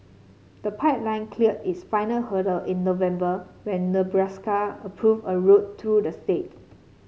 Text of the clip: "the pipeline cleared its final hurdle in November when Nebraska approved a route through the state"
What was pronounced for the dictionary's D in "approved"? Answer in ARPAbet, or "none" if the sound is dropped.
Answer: none